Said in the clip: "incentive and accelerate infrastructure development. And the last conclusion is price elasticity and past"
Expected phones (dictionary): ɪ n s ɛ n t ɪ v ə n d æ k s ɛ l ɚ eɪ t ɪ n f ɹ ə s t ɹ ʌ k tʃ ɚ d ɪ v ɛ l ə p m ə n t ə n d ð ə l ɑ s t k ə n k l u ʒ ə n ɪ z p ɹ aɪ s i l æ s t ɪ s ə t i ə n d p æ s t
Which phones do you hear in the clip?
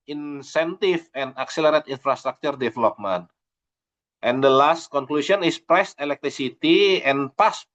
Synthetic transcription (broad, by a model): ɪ n s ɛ n t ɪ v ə n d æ k s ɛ l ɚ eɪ t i n f ɹ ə s t ɹ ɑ k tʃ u d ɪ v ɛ l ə p m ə n t ə n d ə l ɑ s t k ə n k l u s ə n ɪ s p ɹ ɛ s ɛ l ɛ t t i s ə t i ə n p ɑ s